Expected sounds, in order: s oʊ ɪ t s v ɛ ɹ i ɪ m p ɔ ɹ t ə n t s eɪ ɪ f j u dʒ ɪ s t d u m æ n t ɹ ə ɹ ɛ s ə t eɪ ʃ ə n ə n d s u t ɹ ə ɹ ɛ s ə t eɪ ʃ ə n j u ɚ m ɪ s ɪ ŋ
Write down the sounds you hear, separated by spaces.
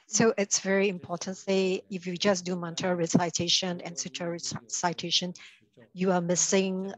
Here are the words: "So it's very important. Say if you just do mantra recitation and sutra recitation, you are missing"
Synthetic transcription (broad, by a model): s oʊ ɪ t s v ɛ ɹ i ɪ m p ɔ t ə n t s eɪ ɪ f j u dʒ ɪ s d u m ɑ n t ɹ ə ɹ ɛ s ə t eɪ ʃ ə n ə n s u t ə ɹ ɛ s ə t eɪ ʃ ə n j u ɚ m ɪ s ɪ ŋ